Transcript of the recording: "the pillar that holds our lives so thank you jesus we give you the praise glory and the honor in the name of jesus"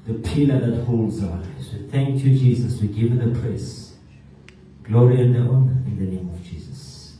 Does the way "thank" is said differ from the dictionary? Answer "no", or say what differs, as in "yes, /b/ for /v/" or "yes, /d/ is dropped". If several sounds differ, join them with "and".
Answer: no